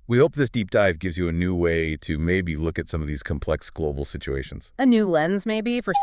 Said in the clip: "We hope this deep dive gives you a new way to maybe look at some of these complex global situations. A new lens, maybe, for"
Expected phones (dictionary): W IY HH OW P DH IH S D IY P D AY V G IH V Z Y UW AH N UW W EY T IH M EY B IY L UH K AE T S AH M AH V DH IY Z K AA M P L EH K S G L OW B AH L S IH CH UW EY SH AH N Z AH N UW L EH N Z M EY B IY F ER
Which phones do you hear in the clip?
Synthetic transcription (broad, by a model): W IY HH OW P DH IH S D IY P D AY V G IH V Z Y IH AH N UW W EY T IH M EY B IY L UH K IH T S AH M AH V DH IY Z K M P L EH K S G L OW B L S IH CH UW EY SH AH N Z AH N UW L EH N Z M EY B IY F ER